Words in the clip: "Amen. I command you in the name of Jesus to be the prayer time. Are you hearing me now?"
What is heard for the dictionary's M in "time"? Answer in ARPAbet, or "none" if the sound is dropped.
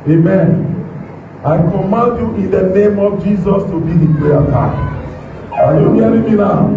none